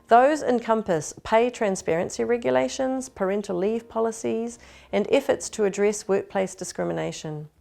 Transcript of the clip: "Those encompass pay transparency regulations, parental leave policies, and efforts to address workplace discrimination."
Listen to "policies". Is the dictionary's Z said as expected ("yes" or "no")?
yes